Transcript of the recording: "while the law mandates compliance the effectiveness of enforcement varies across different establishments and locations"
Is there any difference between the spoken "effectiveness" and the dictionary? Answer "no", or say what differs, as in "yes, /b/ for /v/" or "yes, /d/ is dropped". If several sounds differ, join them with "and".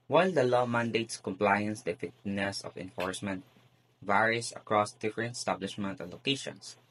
yes, /k/ is dropped